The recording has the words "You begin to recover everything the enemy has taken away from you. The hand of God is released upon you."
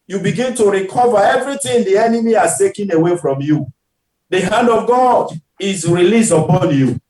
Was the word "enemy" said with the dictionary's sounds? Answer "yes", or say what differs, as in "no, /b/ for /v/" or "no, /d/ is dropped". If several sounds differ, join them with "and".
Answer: yes